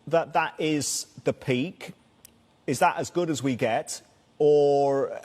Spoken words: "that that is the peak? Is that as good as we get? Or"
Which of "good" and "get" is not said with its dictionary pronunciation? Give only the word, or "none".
none